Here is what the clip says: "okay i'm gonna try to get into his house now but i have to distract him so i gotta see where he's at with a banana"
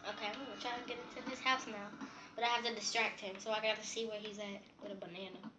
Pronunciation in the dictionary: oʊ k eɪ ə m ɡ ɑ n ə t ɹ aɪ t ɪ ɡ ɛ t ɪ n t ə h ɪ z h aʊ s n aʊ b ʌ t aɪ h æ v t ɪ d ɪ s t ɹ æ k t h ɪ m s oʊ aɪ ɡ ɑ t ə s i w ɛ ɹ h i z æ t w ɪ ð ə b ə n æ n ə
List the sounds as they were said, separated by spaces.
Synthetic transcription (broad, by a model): oʊ k eɪ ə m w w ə t ɹ aɪ t ɪ ɡ ɛ t ɪ n t ə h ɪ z h aʊ s n aʊ b ʌ t aɪ h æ f t ɪ d ɪ s t ɹ æ k t h ɪ m s oʊ aɪ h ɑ t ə s i w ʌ ɹ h i z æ t w ɪ ð ə b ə n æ n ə